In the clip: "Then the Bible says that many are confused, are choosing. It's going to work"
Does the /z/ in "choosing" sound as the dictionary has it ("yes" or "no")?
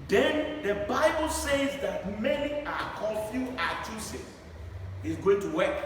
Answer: no